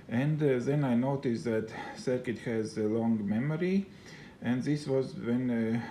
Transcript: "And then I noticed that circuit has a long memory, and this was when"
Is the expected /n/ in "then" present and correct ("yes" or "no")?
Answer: yes